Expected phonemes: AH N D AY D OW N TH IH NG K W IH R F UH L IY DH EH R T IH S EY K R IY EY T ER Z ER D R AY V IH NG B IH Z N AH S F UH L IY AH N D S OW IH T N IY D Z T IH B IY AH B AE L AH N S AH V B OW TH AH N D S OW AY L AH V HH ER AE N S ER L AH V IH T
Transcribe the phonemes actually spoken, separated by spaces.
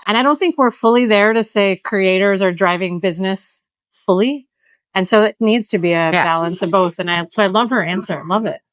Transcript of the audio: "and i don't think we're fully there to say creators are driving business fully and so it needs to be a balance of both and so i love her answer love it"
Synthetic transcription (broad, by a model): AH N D AY D OW N TH IH NG K W IH R F UH L IY DH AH R T IH S EY K R IY EY T ER Z ER D R AY V IH NG B IH Z N AH S F UH L IY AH N S OW IH T N IY D Z T IH B IY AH B AE L AH N S AH V B OW TH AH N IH S OW AY L AH V ER AE N S ER L AH V IH T